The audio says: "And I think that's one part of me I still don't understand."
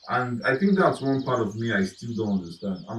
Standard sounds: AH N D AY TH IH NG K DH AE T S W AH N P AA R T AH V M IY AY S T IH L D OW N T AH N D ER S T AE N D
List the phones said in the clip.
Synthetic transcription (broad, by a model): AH N AY TH IH NG K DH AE T S W AH N P AA R T AH V M IY AY S T IH L D OW N T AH N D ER S T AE N D